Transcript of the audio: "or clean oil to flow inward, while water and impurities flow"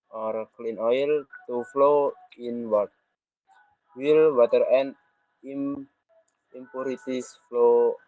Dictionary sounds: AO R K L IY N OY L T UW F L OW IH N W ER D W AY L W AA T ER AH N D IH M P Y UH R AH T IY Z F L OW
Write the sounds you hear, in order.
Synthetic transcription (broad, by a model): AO R K L IY N OY L T UW F L OW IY N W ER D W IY L W AA T ER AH N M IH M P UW R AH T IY S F L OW